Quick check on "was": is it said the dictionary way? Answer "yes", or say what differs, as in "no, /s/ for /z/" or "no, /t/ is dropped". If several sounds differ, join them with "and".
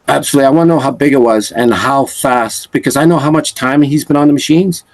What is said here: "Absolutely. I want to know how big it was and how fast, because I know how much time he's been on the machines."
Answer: yes